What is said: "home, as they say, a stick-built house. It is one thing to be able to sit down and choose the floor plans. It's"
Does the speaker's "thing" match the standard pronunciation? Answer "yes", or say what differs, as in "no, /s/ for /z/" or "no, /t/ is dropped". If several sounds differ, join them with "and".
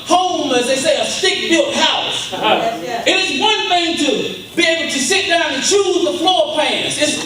yes